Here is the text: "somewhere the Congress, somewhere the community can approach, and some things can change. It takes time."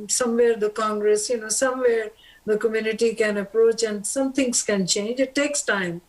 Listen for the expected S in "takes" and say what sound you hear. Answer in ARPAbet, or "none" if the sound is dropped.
S